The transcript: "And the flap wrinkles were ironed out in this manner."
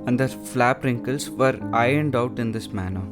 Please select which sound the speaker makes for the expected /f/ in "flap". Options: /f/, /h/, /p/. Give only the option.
/f/